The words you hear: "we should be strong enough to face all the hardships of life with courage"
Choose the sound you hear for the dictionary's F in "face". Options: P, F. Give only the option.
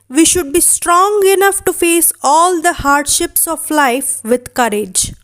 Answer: F